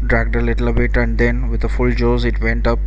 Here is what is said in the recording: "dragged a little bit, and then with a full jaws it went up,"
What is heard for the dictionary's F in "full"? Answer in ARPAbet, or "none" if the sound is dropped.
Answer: F